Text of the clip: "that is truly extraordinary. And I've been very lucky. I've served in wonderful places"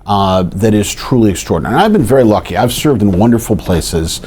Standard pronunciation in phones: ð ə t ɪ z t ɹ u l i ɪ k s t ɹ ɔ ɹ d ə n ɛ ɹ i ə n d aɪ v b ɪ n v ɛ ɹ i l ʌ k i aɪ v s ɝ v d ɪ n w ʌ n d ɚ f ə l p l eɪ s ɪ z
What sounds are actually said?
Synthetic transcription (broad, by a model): ð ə t ɪ z t ɹ u l i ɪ k s t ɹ ɔ ɹ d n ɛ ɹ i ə v b ɪ n v ɛ ɹ i l ʌ k i aɪ v s ɝ v d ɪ n w ʌ n d ɚ f l p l eɪ s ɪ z